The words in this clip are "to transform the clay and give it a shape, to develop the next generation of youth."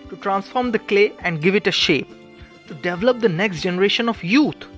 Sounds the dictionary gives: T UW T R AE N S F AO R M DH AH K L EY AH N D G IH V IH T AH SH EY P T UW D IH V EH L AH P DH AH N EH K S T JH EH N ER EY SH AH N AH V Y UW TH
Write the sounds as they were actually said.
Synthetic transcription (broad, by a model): T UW T R AE N S F AO R M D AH K L EY AH N D G IH V IH T AH SH EY P T UW D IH V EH L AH P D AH N EH K S T JH EH N ER EY SH AH N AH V Y UW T